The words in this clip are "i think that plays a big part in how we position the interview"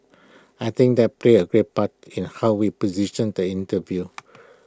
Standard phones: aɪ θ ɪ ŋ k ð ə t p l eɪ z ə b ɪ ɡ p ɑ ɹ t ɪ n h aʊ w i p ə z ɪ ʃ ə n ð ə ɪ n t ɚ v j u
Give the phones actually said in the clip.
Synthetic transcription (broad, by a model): aɪ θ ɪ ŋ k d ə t p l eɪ ə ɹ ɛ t p ɑ t ɪ n h aʊ w i p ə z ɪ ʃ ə n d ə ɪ n t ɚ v j u